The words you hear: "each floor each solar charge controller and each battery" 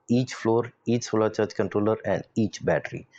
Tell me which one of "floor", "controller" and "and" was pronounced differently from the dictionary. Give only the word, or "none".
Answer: none